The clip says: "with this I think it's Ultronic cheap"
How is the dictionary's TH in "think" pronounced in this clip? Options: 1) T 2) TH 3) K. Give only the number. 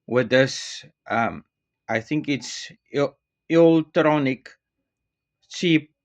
2